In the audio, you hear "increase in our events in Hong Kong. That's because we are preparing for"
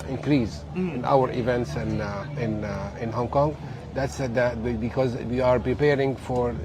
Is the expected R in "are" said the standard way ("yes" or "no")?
yes